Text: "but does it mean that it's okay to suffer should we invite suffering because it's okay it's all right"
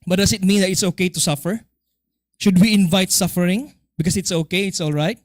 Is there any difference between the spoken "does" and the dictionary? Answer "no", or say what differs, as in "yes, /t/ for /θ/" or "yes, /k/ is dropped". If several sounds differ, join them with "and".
yes, /s/ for /z/